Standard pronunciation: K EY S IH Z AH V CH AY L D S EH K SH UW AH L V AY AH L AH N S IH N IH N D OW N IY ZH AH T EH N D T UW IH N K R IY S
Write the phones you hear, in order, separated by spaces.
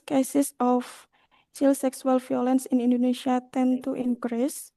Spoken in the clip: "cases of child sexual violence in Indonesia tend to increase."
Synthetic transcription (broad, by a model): K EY S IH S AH F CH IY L S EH K S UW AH L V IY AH L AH N S IH N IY N D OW N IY SH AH T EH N T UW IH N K R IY S